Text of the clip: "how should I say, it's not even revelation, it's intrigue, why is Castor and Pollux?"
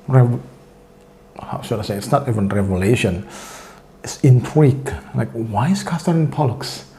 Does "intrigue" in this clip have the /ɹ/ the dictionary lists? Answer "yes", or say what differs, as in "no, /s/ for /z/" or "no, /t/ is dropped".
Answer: no, /w/ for /ɹ/